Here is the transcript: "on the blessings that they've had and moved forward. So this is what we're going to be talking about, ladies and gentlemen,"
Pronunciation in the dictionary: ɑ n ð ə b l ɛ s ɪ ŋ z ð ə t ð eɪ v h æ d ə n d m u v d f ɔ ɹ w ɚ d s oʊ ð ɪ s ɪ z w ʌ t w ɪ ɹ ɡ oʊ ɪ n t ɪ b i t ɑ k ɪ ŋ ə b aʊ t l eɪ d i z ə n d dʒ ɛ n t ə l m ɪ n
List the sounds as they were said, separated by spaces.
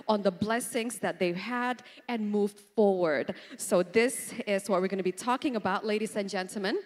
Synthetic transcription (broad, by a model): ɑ n ð ə b l ɛ s ɪ ŋ z ð ə t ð eɪ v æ d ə n m u v d f ɔ ɹ w ɚ d s oʊ ð ɪ s ɪ z w ʌ t w ɪ ɹ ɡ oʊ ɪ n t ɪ b i t ɑ k ɪ ŋ ə b aʊ t l eɪ d i z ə n dʒ ɛ n t l m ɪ n